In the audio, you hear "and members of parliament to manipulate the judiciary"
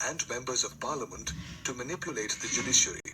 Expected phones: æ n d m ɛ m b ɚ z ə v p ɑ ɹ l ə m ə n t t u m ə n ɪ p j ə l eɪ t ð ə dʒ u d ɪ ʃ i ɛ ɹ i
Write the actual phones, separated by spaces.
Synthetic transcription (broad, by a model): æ n d m ɛ m b ɚ z ə v p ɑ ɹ l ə m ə n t t u m ə n ɪ p j ə l eɪ t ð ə dʒ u d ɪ ʃ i ɹ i